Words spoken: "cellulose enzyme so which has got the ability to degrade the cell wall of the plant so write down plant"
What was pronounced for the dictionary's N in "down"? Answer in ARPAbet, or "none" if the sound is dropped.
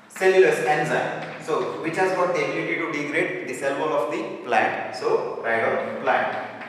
L